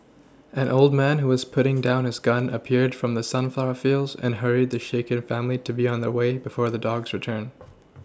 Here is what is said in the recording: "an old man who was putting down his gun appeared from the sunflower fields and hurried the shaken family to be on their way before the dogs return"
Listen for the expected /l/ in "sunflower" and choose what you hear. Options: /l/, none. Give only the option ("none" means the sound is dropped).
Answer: /l/